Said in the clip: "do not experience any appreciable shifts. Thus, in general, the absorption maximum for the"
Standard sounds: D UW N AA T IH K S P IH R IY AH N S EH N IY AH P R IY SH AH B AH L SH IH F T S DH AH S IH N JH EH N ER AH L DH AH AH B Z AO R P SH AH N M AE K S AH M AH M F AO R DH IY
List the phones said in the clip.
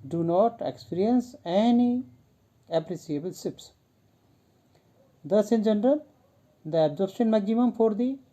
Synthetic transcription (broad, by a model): D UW N AA T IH K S P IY R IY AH N S EH N IY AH P R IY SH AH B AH L S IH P S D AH S IH N JH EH N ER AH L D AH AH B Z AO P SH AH N M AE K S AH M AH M F AO R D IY